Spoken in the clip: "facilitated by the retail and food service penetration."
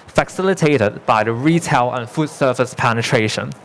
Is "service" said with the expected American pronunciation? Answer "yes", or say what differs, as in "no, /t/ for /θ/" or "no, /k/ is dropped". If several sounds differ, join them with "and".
no, /f/ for /v/